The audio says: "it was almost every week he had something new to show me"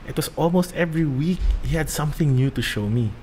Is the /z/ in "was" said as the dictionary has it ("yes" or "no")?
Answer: no